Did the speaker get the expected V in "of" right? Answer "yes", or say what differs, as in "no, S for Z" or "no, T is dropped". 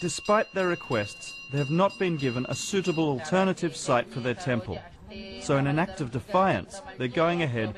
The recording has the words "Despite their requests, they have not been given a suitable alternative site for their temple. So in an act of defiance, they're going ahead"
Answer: yes